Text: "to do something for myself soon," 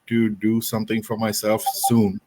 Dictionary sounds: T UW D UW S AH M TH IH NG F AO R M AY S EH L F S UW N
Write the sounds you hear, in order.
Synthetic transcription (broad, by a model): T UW D UW S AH M T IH NG F AO R M AY S EH L F S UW N